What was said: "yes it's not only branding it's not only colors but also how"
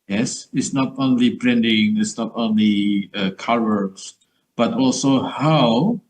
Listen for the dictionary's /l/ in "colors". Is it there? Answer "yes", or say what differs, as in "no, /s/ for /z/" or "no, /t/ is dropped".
no, /w/ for /l/